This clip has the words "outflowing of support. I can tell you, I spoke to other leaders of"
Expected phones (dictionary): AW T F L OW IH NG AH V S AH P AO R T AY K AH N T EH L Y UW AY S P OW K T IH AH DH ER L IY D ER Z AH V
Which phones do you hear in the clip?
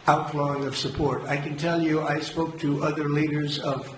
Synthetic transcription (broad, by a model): AW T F L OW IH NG AH V S AH P AO R T AY K AH N T EH L Y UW AY S P OW K T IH AH DH ER L IY D ER Z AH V